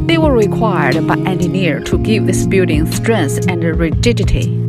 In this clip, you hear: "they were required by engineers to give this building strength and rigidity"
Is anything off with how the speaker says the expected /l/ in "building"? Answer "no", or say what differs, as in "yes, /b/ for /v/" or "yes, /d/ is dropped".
yes, /l/ is dropped